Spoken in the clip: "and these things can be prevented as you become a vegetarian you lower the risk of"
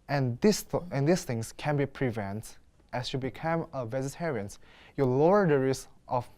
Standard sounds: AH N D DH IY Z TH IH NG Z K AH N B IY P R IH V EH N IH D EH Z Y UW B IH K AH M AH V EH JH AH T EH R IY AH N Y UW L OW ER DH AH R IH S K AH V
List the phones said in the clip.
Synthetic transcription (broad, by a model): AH N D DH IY S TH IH NG S K AH N B IY P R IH V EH N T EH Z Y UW B IH K AH M AH V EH Z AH T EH R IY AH N Y UW L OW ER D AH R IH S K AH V